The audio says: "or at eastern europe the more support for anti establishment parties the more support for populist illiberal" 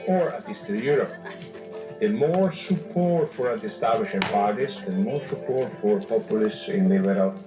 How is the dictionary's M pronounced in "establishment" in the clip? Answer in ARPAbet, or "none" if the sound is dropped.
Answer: none